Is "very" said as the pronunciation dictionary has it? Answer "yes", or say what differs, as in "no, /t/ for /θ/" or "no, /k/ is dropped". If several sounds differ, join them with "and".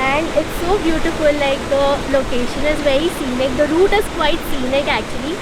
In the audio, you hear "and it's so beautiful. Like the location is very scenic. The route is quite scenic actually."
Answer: yes